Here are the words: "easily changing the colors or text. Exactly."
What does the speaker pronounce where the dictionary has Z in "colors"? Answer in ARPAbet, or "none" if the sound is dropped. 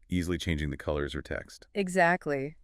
Z